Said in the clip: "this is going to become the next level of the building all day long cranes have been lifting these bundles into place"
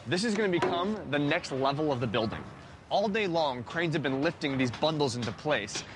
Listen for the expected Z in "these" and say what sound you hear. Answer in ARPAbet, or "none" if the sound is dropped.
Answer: Z